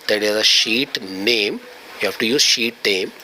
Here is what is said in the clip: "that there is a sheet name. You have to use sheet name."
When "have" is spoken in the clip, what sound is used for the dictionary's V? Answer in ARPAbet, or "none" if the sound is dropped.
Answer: F